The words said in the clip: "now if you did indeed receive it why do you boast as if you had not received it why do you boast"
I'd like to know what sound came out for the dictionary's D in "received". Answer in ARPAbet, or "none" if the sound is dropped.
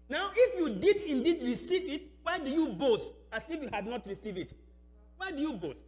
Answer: none